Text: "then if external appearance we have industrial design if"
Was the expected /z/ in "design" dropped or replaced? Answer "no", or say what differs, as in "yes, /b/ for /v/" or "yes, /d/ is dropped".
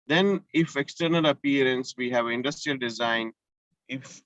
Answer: no